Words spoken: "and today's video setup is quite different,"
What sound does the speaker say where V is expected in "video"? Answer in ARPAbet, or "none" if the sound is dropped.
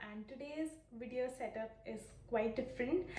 V